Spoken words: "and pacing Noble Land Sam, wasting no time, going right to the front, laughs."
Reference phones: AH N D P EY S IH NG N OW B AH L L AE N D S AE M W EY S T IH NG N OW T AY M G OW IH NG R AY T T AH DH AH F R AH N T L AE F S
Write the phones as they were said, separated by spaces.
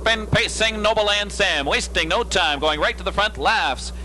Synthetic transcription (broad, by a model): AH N P EY S IH NG N OW AH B L AE N D S AE M W EY S T IH NG N OW T AY M G OW IH NG R AY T T AH DH AH F R AH N T L AE F S